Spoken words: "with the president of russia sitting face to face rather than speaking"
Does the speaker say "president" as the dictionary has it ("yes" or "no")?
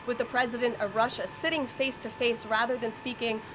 yes